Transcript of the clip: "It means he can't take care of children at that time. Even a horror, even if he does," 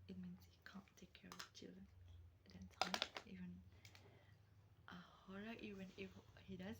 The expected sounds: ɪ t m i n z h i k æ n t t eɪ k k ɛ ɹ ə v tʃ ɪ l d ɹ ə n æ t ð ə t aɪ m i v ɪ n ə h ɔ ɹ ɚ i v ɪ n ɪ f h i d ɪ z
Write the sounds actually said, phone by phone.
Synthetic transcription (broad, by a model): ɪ t m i n s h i k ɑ n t t eɪ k k ɛ ɹ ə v tʃ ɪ l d ɹ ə n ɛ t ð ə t aɪ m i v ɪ n ə h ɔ ɹ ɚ i v ɪ n ɪ f h i d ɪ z